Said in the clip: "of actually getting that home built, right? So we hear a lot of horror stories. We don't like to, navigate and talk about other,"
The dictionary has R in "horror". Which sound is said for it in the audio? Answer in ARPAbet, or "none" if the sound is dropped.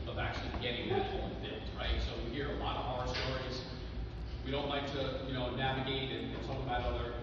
none